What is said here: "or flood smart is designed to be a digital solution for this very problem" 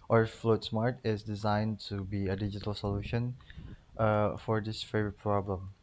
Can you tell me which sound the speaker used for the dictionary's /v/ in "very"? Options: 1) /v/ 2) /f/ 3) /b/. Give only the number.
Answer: 2